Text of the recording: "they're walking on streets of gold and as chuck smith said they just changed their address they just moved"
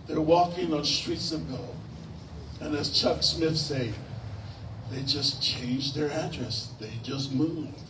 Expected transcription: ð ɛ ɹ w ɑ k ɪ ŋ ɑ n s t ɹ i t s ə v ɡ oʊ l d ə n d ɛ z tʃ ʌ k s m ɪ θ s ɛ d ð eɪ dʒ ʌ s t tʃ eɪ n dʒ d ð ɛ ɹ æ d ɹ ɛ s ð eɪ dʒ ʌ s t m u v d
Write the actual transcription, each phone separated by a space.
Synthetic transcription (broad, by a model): ð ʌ ɹ w ɑ k ɪ ŋ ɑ n s t ɹ i t s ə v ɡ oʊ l ə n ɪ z tʃ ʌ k s m ɪ θ s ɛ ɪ ð eɪ dʒ ʌ s tʃ eɪ n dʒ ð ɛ ɹ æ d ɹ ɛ s ð eɪ dʒ ʌ s t m u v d